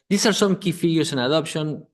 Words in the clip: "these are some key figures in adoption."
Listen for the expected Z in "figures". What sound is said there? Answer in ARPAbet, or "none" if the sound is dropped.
S